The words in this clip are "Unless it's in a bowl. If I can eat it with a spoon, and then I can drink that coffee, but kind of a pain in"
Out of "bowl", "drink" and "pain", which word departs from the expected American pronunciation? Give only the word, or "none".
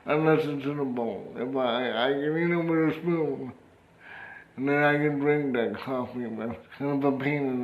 bowl